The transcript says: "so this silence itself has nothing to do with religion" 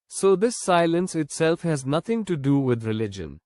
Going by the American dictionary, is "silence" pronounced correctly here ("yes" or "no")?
yes